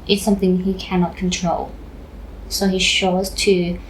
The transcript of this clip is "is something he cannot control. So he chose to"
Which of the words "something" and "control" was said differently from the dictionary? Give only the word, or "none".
none